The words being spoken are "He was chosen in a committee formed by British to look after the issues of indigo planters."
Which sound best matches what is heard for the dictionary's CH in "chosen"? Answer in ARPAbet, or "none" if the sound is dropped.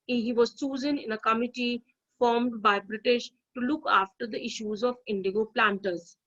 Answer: S